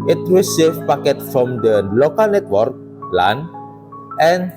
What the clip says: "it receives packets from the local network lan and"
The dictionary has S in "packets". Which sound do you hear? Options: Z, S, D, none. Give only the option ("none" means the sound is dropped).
none